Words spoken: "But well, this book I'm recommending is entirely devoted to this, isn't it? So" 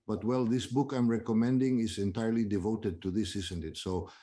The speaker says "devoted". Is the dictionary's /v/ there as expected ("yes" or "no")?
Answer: yes